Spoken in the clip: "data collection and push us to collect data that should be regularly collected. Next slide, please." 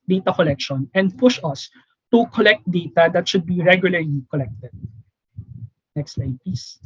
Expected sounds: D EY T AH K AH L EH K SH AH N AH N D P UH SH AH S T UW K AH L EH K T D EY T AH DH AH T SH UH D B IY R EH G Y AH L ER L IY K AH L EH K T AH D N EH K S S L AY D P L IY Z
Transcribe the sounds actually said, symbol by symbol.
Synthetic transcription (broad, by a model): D EY T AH K AH L EH K SH AH N AH N D P UH SH AH S T UW K AH L EH K T D EY T AH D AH T SH UH D B IY R EH G Y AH L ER L IY K AH L EH K T AH D N EH K S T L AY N P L IY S